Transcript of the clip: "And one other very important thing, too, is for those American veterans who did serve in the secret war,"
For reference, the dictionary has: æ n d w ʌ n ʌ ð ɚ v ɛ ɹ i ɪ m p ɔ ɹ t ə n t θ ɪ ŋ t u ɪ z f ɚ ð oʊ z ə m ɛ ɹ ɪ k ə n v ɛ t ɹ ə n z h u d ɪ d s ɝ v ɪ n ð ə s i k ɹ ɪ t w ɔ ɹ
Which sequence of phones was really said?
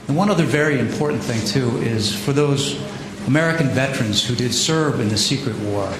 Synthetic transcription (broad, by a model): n w ʌ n ʌ ð ɚ v ɛ ɹ i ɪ m p ɔ ɹ t n θ ɪ ŋ t u ɪ z f ɚ ð oʊ z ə m ɛ ɹ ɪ k n v ɛ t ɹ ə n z h u d ɪ d s ɝ v ɪ n ð ə s i k ɹ ɪ t w ɔ ɹ